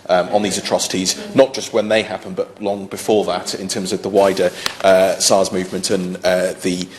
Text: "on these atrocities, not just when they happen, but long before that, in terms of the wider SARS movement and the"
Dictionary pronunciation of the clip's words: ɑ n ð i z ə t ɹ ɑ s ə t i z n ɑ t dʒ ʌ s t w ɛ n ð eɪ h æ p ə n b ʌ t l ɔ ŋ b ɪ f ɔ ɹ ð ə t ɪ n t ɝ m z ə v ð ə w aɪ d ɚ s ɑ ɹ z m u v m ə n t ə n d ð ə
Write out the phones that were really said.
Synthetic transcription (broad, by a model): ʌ n ð i z ə t ɹ ɑ s ə t i z n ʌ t dʒ ʌ s t w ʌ n ð eɪ h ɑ p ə n b ʌ t l ɔ ŋ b ɪ f ɔ ð ə t ɪ n t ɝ m z ə v ð ə w aɪ d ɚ s ɑ z m u v m ə n t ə n ð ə